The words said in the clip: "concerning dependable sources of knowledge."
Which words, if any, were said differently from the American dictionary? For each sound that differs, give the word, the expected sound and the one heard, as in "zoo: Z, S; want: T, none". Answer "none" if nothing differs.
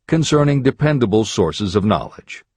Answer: none